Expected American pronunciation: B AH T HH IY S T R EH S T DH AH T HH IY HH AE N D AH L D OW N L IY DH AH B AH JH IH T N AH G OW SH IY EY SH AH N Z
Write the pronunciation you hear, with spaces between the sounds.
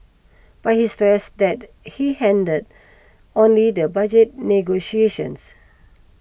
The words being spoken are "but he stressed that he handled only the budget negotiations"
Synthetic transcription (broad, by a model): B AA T HH IY S T R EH S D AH T HH IY HH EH N D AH D OW N L IY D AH B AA JH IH T N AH G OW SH IY EY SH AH N S